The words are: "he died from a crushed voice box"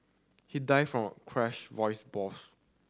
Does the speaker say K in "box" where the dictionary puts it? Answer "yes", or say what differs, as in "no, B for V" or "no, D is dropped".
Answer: no, K is dropped